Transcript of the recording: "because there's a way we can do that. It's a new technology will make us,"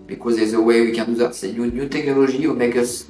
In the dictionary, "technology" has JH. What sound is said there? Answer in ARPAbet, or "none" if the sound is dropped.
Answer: ZH